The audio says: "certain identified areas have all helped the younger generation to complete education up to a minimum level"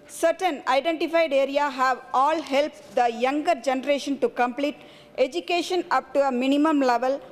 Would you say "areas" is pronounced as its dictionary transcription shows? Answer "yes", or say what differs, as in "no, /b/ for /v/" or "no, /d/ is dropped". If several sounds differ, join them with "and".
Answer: no, /z/ is dropped